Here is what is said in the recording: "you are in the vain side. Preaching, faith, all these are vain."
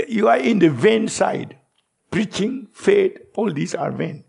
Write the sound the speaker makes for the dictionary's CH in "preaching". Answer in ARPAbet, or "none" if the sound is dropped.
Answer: CH